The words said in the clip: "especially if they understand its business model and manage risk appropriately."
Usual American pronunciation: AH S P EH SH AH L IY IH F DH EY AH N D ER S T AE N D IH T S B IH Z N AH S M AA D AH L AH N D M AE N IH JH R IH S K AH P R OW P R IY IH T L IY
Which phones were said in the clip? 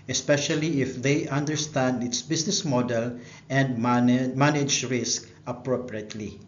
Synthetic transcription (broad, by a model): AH S P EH SH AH L IY IH F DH EY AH N D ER S T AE N D IH T S B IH S N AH S M AA D AH L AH N D M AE N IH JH R IH S K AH P R OW P R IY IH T L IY